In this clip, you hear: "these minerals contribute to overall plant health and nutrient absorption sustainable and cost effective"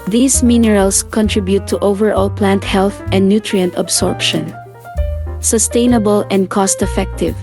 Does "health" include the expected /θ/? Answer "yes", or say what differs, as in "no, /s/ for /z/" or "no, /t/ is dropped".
yes